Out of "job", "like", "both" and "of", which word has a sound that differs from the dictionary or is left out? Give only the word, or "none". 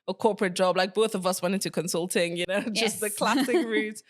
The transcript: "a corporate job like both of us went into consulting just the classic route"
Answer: none